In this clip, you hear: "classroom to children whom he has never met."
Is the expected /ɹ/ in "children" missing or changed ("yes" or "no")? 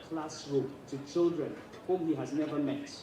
no